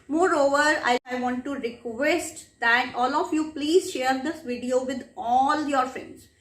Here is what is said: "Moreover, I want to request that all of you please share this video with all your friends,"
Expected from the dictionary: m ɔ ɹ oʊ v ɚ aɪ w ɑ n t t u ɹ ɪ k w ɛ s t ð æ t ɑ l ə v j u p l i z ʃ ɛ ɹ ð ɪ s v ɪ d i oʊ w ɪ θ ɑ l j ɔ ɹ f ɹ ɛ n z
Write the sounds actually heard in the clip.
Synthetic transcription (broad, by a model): m ɔ ɹ oʊ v ɚ aɪ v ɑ n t t u ɹ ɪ k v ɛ s t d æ t ɑ l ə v j u p l i z ʃ ɛ ɹ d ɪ s v ɪ d i oʊ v ɪ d ɑ l j ɔ ɹ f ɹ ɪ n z